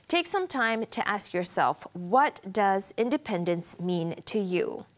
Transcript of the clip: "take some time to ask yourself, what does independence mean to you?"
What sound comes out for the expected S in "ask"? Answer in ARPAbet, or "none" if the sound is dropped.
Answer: S